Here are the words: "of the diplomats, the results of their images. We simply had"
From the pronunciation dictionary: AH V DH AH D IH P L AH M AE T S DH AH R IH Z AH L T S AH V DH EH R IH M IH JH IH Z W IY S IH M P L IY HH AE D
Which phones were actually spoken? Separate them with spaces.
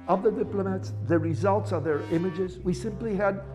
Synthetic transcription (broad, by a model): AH V DH AH D IH P L AH M AE T S DH AH R IH Z AH L T S AH V DH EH R IH M IH JH IH Z W IY S IH M P L IY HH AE D